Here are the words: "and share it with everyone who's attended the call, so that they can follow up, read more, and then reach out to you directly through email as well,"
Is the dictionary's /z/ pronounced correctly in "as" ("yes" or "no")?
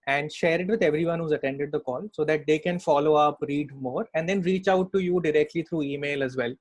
yes